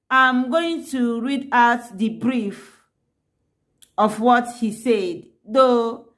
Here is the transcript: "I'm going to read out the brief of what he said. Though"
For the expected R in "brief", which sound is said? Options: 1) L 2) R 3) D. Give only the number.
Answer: 2